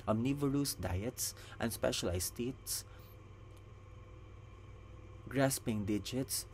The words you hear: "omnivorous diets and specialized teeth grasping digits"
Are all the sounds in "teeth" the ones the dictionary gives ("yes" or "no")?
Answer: no